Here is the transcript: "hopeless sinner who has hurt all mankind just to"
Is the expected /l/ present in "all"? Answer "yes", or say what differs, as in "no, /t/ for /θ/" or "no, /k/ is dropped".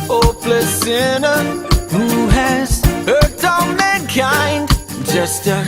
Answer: no, /n/ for /l/